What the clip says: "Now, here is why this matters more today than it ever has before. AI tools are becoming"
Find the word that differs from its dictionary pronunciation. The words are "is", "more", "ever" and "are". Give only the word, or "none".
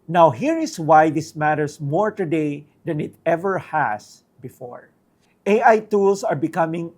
is